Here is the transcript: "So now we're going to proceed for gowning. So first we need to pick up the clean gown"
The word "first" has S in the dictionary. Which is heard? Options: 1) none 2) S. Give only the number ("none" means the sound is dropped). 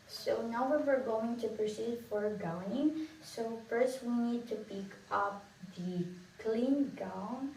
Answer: 2